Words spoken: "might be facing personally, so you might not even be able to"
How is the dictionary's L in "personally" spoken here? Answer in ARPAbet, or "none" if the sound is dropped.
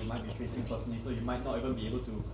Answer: none